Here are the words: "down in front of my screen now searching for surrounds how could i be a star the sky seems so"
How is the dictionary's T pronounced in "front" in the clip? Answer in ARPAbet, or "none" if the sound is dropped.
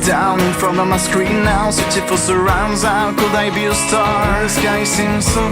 none